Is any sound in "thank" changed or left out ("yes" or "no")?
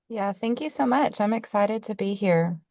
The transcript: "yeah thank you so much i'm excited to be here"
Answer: no